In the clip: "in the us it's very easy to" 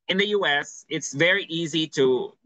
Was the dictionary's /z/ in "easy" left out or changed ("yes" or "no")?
no